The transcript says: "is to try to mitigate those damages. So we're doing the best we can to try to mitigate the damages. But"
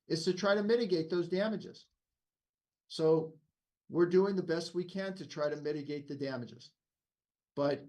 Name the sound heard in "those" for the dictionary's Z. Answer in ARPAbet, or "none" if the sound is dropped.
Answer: Z